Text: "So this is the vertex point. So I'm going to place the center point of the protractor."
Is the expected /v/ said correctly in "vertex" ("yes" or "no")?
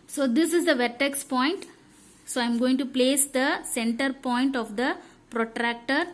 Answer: yes